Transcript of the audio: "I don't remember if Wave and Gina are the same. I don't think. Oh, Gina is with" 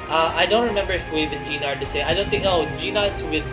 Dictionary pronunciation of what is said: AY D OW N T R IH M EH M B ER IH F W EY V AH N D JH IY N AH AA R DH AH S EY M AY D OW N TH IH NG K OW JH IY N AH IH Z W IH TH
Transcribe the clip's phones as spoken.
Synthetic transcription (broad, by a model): AY D OW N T R IH M EH M B ER IH F W EY V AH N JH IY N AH AA R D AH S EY AY D OW N TH IH NG K OW JH IY N AH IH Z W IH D